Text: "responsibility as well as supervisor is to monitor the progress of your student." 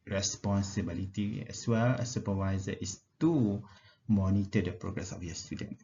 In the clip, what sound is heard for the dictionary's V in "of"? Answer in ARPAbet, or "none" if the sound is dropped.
F